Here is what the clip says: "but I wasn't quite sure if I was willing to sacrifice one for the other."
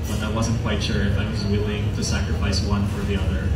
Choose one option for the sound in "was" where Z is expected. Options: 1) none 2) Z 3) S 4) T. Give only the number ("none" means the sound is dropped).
2